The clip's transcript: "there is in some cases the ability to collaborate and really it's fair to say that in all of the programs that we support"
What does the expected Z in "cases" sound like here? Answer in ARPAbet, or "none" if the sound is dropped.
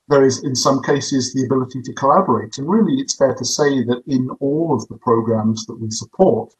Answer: Z